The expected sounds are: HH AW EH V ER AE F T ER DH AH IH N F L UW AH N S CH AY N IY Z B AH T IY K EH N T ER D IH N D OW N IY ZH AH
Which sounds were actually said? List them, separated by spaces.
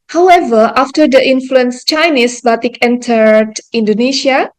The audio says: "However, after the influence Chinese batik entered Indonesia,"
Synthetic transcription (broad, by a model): HH AW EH V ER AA F T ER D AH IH N F L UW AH N S CH AY N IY S B AH T IY K EH N T ER D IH N D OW N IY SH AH